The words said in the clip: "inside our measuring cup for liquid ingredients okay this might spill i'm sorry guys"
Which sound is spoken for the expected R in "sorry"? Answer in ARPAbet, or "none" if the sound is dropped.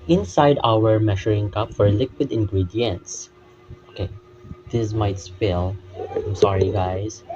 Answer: R